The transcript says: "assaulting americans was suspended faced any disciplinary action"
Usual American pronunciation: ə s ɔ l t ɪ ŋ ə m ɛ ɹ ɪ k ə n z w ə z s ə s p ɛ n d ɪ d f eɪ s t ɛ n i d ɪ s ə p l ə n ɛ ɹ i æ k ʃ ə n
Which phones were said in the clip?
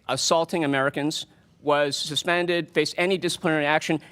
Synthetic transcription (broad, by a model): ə s ɔ l t ɪ ŋ ə m ɛ ɹ ɪ k ə n z w ə z s ə s p ɛ n d ɪ d f eɪ s ɛ n i d ɪ s ə p l ə n ɛ ɹ i æ k ʃ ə n